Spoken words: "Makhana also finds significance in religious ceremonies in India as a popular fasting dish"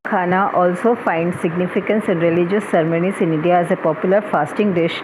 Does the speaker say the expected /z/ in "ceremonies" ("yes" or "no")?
no